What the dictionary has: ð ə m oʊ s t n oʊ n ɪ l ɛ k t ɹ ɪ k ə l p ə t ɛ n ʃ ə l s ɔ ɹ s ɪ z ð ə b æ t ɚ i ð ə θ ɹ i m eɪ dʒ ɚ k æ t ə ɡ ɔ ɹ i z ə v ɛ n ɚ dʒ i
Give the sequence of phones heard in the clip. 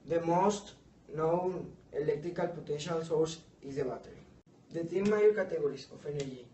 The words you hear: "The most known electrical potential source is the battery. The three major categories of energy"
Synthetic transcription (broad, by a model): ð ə m oʊ s t n oʊ n ɪ l ɛ k t ɹ ɪ k ə l p ə t ɛ n ʃ ə l s ɔ ɹ s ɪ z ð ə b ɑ t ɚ i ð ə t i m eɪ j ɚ k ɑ t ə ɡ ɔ ɹ i s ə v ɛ n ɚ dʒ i